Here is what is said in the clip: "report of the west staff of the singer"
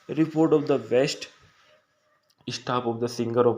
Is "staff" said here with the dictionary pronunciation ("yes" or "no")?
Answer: no